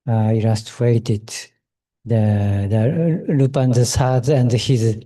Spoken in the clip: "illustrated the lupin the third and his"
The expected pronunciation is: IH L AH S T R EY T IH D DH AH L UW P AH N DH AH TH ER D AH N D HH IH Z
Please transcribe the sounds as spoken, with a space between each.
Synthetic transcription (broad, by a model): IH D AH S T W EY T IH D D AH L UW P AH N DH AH S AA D AH N D HH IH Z